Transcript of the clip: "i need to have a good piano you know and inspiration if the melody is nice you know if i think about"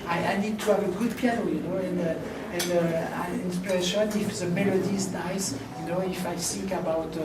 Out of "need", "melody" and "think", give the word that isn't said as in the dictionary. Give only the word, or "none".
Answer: think